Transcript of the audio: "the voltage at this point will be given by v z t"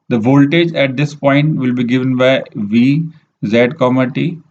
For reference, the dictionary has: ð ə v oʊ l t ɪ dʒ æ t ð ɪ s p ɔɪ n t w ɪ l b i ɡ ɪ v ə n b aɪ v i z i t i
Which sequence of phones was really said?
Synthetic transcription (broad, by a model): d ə v oʊ l t ɪ dʒ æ t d ɪ s p ɔɪ n t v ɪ l b i ɡ ɪ v ə n b aɪ v i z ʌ t i